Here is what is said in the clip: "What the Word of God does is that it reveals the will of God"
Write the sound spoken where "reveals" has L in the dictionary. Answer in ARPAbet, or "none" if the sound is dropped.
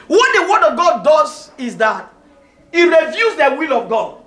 none